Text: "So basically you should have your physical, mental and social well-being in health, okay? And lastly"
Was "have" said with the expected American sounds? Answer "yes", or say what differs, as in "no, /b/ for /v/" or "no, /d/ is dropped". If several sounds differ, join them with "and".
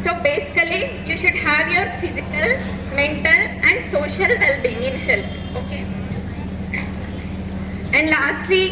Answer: yes